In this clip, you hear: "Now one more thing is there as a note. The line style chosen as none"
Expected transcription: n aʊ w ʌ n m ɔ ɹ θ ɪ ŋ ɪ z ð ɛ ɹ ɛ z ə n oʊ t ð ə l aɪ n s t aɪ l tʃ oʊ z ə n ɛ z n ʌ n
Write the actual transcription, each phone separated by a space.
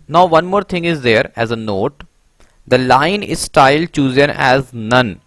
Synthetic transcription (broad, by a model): n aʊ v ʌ n m ɔ ɹ t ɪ ŋ ɪ z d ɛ ɹ ɛ z ə n oʊ t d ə l aɪ n s t aɪ l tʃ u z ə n ɛ z n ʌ n